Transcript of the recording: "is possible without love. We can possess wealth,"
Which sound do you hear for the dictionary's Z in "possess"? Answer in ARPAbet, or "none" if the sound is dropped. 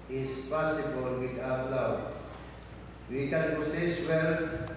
S